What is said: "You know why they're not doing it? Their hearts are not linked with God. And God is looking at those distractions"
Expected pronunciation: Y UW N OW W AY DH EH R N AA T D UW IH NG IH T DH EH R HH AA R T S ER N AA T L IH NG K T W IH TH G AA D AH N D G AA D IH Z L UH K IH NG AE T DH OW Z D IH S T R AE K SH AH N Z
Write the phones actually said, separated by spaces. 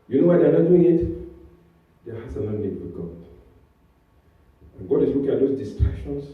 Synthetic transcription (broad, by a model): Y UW N OW W AY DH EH N AA T D UW IH NG IH T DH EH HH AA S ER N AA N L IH K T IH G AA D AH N G AA D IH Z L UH K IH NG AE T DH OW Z D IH S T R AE K SH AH N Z